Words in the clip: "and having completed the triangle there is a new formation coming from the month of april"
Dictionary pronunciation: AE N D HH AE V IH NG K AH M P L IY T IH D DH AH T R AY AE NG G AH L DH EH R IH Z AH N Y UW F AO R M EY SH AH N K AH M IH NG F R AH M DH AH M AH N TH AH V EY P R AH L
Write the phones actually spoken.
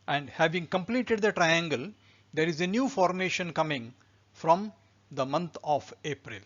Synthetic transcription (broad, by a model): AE N D HH AE V IH NG K AH M P L IY T IH D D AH T R AY AE NG G AH L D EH R IH Z AH N Y UW F AO R M EY SH AH N K AH M IH NG F R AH M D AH M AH N T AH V EY P R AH L